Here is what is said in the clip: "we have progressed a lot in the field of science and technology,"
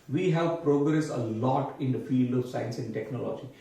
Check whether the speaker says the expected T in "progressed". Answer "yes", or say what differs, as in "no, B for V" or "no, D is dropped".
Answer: no, T is dropped